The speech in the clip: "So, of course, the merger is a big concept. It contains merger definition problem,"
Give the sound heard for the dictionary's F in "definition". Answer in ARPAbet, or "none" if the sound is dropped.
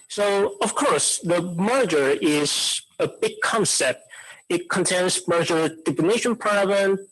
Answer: P